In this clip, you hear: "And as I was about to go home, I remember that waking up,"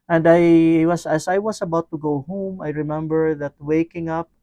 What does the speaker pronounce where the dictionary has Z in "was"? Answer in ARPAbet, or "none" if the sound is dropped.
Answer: S